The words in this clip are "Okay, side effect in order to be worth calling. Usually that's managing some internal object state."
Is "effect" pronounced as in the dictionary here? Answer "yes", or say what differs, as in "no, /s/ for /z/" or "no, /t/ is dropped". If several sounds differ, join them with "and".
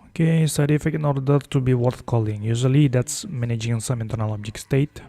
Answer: no, /t/ is dropped